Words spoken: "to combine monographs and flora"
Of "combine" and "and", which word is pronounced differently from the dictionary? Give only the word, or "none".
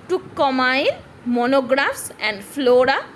combine